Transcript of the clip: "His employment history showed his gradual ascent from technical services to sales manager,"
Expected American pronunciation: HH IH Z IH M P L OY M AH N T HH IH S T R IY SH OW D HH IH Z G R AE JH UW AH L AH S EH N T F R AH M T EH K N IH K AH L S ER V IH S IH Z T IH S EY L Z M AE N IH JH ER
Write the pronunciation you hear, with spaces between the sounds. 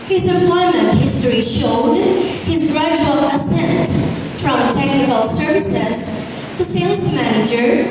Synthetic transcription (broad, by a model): HH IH Z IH P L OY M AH N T HH IH S T R IY SH OW D HH IH Z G R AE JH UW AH L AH S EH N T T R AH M T EH K N IH K AH L S ER V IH S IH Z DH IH S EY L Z M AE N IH JH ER